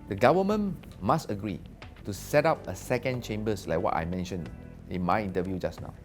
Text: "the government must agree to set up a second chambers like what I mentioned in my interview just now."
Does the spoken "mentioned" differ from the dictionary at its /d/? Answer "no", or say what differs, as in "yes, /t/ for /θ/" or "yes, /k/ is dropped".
yes, /d/ is dropped